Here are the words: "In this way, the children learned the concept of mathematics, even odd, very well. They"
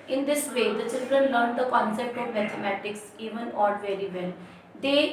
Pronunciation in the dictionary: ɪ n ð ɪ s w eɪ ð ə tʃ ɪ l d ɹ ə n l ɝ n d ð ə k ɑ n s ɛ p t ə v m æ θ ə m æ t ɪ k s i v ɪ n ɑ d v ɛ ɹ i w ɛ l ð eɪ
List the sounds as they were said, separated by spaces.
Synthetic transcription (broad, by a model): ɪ n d ɪ s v eɪ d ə tʃ ɪ l d ɹ ə n l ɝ n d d ə k ɑ n s ɛ p t ə v m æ t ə m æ t ɪ k s i v ɪ n ɑ d v ɛ ɹ i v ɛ l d eɪ